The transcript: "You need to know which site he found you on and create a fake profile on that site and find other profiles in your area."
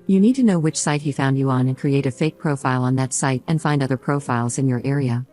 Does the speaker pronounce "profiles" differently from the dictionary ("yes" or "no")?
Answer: no